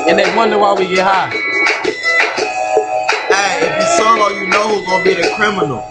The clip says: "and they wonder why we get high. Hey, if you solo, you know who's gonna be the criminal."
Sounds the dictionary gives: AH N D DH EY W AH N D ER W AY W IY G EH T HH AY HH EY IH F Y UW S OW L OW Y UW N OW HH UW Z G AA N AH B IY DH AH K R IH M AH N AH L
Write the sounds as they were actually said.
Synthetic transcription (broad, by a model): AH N DH EY W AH N D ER W AY W IY G EH T HH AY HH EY IH F Y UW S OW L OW Y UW N OW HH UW G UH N B IY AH K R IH M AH N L